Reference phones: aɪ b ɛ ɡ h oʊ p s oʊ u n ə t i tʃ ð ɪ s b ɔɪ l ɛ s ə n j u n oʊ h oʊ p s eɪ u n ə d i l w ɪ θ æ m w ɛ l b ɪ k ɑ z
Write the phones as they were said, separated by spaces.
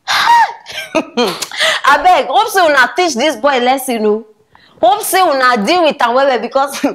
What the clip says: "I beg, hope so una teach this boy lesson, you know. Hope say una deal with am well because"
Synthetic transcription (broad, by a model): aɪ b ɛ ɡ h oʊ p s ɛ u n ə t i tʃ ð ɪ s b ɔɪ l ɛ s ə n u n oʊ h oʊ p s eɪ u n ə d i l w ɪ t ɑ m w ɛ w b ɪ k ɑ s